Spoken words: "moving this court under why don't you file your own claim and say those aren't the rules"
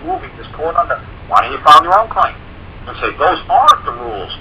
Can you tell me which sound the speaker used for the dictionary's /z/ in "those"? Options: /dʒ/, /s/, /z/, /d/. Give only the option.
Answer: /z/